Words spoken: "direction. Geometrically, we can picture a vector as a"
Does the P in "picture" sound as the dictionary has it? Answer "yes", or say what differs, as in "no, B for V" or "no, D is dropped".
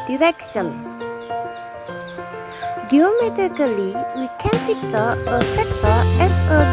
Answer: no, F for P